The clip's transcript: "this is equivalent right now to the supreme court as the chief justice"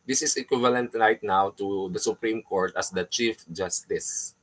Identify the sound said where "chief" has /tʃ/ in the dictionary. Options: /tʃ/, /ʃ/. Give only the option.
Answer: /tʃ/